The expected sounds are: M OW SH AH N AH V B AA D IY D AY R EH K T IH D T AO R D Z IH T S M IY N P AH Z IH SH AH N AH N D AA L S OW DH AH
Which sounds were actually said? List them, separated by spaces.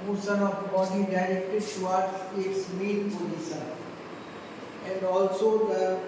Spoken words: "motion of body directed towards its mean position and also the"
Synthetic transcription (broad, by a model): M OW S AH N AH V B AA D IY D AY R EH K T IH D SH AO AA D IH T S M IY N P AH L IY S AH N AH N D AA L S OW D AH